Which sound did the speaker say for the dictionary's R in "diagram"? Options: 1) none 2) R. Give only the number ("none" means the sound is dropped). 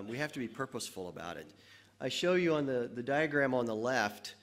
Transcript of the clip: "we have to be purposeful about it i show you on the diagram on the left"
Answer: 2